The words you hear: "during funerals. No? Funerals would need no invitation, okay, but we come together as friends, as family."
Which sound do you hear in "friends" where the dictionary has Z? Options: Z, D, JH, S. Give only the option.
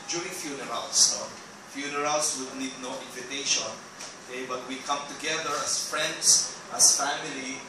S